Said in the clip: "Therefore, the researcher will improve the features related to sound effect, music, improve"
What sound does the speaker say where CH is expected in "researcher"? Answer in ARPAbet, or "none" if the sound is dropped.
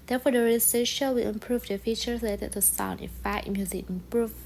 SH